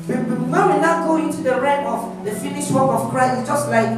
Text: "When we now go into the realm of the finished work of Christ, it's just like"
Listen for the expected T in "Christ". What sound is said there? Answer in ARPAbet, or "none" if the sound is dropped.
none